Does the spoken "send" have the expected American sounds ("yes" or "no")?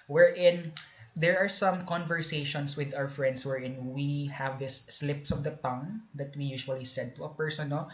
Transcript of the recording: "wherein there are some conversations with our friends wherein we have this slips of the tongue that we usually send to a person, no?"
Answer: no